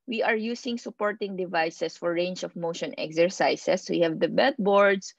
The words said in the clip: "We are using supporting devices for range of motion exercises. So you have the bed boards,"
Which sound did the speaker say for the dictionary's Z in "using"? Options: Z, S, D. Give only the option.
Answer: S